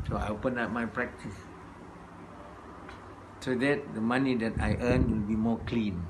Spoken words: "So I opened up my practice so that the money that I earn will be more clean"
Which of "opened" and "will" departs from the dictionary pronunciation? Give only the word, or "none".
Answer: opened